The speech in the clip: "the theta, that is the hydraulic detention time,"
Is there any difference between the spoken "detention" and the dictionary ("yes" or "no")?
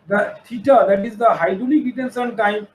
yes